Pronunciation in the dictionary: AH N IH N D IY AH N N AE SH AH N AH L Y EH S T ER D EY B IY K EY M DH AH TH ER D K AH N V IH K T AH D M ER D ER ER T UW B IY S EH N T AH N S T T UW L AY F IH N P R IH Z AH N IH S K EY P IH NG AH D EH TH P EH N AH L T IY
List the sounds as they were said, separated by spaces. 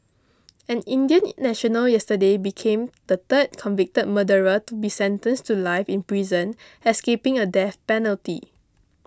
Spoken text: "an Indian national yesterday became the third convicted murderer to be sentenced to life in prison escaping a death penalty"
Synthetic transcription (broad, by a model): AH N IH N D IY AH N N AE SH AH N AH L Y EH S T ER D EY B IY K EY M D AH T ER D K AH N V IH K T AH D M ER D ER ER T UW B IY S EH N T AH N S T T UW L AY F IH N P R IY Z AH N IH S K EY P IH NG AH D EH F P EH N AH L T IY